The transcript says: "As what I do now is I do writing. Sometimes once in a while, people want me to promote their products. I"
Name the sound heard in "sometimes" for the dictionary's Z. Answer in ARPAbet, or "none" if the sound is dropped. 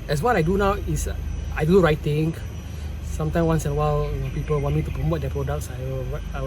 none